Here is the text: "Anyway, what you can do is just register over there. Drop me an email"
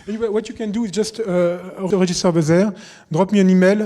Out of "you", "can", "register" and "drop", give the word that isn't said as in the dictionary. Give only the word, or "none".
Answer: register